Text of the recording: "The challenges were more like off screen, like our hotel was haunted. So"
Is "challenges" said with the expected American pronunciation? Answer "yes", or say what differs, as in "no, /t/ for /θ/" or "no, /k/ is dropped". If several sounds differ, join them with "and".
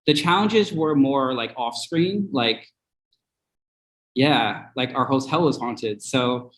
yes